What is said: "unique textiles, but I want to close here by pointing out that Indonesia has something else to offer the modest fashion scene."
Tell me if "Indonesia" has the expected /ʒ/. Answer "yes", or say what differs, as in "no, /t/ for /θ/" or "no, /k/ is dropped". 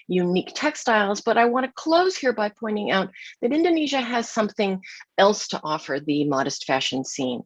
yes